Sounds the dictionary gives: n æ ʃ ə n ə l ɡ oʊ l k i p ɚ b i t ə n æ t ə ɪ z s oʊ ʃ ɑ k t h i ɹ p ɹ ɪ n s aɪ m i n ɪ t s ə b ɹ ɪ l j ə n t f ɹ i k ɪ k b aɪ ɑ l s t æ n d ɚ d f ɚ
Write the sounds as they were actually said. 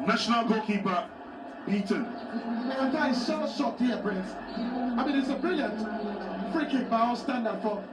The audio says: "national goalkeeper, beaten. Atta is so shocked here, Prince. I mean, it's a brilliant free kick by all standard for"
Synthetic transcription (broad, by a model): n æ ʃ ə n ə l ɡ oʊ k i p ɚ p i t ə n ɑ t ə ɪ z s oʊ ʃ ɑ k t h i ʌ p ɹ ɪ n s aɪ m i n ɪ t s ə b ɹ ɪ l j ə n t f ɹ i k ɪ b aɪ ɑ l s t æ n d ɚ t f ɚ